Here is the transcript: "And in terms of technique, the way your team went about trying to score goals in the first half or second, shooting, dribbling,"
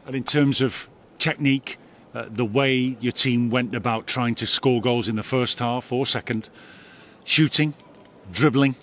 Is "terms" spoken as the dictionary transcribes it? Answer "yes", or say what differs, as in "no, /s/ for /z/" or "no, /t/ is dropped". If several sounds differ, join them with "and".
yes